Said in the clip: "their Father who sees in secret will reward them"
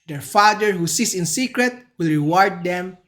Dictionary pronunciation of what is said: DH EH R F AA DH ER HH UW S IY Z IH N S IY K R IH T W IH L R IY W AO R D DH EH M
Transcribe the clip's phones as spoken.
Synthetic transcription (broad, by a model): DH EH R F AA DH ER HH UW S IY S IH N S IY K R IH T W IH L R IY W AO R D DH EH M